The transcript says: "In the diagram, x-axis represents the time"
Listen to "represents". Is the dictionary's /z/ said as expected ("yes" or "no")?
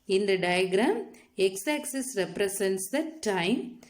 no